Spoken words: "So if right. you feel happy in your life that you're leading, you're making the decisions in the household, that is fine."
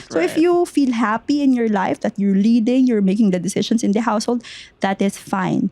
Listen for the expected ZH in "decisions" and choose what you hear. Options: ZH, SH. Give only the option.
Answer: SH